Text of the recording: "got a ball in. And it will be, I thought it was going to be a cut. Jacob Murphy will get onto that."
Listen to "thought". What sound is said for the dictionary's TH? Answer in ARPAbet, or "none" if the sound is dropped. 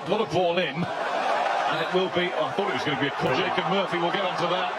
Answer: TH